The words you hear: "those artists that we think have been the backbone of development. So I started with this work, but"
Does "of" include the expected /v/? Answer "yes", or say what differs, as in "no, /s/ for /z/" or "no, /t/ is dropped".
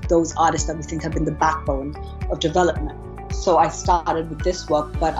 yes